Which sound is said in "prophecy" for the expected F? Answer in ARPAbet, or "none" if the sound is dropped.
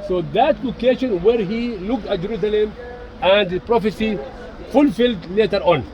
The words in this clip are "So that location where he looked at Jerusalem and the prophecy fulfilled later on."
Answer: F